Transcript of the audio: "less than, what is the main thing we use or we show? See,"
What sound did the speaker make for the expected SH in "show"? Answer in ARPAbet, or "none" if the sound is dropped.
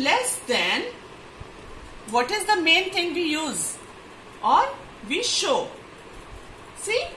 SH